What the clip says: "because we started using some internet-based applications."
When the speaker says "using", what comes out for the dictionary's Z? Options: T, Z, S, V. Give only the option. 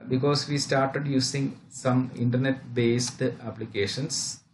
S